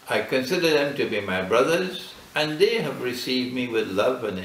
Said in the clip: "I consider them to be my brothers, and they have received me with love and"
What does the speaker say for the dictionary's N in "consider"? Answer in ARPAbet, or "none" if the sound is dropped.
N